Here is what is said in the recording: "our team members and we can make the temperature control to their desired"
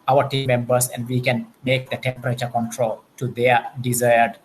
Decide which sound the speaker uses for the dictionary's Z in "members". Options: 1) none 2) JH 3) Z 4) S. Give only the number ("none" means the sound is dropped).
4